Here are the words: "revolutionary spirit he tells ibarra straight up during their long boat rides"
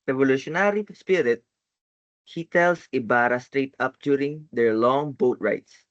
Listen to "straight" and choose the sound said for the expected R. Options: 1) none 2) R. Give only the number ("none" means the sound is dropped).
2